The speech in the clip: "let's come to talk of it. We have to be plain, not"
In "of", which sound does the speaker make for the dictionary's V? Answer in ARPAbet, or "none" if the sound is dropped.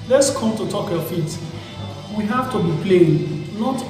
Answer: F